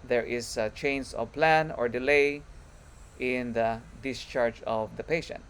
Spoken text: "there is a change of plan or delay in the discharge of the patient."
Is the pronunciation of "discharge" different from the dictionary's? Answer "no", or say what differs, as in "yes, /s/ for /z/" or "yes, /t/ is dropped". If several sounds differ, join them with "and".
no